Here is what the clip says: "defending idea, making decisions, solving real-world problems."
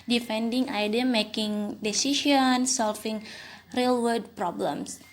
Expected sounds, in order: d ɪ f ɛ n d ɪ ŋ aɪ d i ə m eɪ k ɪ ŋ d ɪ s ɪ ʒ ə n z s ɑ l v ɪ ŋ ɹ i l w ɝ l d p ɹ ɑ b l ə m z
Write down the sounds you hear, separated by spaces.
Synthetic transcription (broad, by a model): d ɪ f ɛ n d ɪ ŋ aɪ d i ə m eɪ k ɪ ŋ d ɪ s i ʃ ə n s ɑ l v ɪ ŋ ɹ i l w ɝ d p ɹ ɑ b l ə m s